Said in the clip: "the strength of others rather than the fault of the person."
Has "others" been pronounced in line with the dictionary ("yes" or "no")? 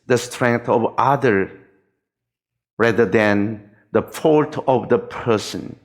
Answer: no